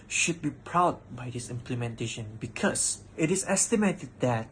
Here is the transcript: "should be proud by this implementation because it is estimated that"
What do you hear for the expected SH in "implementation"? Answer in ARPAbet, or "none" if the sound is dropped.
SH